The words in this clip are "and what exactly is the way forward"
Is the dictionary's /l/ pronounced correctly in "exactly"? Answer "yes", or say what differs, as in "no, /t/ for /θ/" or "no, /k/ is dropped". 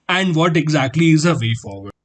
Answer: yes